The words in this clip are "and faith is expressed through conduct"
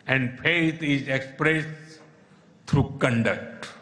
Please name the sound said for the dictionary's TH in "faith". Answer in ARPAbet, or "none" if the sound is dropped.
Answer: T